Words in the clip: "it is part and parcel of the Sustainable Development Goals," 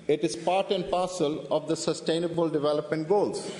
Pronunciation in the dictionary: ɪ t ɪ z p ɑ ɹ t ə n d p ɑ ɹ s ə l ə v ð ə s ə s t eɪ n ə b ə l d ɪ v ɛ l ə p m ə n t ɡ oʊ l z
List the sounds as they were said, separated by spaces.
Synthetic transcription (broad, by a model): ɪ t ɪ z p ɑ ɹ t ə n d p ɑ ɹ s ə l ə v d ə s ə s t eɪ n ə b ə l d ɪ v ɛ l ə p m ə n t ɡ oʊ l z